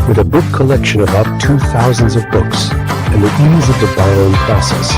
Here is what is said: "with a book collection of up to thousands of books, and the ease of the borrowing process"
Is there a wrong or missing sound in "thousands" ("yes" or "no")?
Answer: no